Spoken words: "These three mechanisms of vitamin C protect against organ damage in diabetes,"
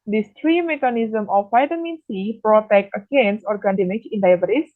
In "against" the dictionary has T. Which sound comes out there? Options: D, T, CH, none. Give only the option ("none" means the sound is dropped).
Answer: none